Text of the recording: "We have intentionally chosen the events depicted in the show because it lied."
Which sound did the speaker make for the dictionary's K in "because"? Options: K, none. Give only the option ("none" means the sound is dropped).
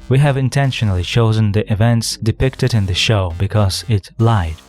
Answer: K